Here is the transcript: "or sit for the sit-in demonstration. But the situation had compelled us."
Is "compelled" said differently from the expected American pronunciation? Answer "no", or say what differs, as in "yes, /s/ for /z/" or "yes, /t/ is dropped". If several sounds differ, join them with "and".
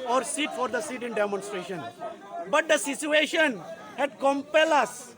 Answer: yes, /d/ is dropped